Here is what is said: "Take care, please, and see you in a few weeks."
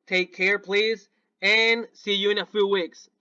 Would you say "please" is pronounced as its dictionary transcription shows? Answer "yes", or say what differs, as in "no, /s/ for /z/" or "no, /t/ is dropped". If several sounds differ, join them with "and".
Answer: yes